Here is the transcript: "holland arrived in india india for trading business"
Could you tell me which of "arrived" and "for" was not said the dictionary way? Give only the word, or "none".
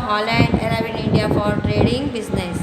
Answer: arrived